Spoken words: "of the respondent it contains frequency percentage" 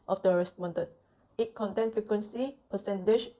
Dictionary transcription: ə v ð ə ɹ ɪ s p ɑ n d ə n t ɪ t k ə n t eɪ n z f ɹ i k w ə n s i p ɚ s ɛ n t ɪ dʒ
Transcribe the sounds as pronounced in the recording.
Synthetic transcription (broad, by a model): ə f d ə ɹ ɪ s p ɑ n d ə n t ɪ t k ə n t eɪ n f ɹ i k w ə n s i p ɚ s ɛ n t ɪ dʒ